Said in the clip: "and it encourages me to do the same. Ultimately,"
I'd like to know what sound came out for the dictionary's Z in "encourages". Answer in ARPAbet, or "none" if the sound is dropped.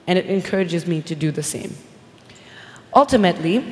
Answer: Z